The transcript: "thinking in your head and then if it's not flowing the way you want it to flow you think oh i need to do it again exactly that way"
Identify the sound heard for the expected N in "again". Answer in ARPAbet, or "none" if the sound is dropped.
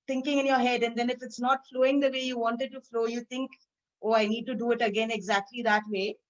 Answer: N